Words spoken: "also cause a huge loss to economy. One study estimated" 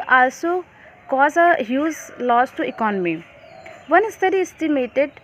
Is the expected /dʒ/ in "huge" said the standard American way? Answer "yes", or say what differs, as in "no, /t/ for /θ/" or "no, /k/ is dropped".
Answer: no, /z/ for /dʒ/